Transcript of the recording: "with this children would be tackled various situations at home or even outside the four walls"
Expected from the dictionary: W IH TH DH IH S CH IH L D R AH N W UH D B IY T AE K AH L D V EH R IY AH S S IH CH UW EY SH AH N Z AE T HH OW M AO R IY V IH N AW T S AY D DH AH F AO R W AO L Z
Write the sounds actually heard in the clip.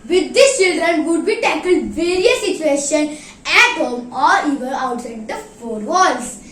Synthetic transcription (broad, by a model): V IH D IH S CH IH L D R AH N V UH D B IY T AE K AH L D V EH R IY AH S S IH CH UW EY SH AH N AE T HH OW M AO R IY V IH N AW T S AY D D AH F AO R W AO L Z